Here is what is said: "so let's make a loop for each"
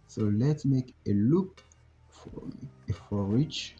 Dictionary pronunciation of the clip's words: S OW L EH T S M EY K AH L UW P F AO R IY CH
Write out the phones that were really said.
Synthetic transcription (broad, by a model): S OW L EH T S M EY K AH L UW F F AO R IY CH